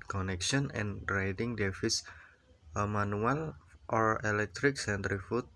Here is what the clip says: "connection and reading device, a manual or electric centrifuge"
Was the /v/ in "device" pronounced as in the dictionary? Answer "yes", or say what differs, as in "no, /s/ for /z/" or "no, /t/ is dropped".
no, /f/ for /v/